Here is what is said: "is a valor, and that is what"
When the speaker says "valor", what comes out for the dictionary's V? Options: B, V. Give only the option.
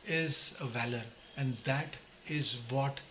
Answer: V